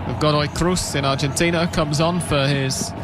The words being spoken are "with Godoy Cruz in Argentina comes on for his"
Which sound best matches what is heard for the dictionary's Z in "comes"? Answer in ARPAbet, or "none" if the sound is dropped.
Z